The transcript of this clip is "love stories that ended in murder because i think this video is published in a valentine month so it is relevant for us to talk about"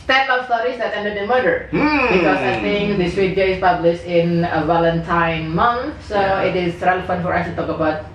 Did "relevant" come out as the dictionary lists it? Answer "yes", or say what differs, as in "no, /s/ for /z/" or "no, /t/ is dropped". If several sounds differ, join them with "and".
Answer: no, /f/ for /v/